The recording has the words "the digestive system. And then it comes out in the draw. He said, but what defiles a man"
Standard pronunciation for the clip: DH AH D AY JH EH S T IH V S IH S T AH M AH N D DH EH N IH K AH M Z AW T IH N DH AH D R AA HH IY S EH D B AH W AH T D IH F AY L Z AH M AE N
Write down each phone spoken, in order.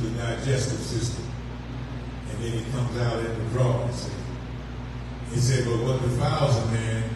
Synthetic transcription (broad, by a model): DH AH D AY JH EH S T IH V S IH S T AH M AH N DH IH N IH K AH M Z AW T IH N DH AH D R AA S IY S EH D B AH W AH T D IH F AY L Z AH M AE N